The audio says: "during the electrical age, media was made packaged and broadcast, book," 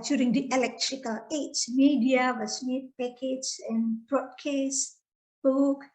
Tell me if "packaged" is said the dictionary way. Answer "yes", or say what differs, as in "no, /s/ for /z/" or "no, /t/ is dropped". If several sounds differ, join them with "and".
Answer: no, /d/ is dropped